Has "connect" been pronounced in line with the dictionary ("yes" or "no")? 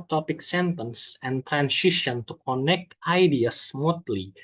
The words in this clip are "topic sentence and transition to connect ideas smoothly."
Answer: yes